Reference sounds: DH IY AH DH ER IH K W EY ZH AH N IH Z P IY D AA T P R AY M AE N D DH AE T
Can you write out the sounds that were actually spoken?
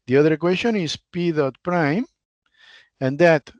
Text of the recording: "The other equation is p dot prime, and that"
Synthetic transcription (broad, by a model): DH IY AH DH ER K W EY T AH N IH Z P IY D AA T P R AY M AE N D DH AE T